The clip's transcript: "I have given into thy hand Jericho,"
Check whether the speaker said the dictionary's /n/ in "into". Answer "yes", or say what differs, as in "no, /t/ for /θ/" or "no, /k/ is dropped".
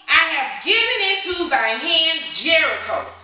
no, /n/ is dropped